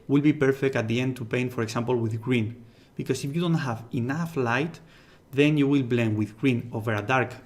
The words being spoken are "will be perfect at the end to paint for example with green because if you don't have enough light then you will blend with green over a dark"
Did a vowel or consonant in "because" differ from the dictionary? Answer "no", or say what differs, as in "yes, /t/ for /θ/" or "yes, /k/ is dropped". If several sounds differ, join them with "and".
yes, /s/ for /z/